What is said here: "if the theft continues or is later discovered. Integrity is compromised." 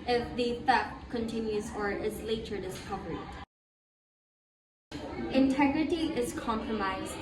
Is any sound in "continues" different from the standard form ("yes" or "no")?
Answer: no